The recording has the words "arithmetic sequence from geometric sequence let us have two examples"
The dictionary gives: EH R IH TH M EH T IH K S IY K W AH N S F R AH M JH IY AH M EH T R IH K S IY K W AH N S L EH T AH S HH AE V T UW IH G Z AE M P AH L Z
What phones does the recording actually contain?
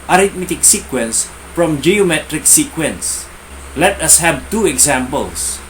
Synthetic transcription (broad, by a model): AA R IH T M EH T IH K S IY K W AH N S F R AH M JH IY AH M EH T R IH K S IY K W AH N S L EH T AH S HH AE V T UW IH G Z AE M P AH L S